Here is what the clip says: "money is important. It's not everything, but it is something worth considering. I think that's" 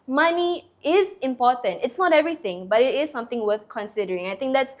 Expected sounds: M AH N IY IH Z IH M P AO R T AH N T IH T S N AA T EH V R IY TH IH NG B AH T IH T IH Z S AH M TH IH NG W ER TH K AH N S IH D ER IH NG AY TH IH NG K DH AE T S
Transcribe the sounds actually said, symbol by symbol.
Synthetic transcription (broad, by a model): M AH N IY IH Z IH M P AO T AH N T IH T S N AA T EH V R IY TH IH NG B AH T IH T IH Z S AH M T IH NG W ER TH K AH N S IH D ER IH NG AY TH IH NG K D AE T S